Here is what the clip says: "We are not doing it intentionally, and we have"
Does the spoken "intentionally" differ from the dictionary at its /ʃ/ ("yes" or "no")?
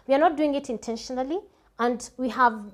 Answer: no